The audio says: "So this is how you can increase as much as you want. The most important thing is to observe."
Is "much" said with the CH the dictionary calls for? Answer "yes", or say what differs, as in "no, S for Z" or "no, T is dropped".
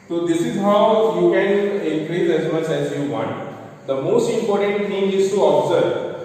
yes